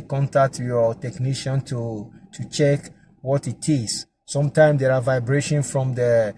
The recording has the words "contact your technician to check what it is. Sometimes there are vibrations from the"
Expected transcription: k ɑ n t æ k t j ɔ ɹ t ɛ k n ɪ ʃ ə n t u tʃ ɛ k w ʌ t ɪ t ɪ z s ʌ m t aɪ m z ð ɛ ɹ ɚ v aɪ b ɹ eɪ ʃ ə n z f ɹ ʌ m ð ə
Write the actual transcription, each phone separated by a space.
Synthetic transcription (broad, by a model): k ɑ n t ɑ k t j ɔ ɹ t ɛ k n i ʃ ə n t u tʃ ɛ k w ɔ t ɪ t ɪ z s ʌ m t aɪ m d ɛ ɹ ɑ v aɪ b ɹ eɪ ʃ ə n f ɹ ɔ m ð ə